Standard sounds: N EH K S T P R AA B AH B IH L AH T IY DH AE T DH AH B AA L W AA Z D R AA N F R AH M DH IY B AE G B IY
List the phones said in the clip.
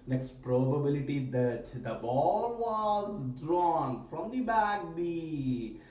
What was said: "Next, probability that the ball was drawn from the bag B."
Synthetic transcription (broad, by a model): N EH K S T P R AA B AH B IH L AH T IY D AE T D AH B AA L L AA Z D R AA N F R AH M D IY B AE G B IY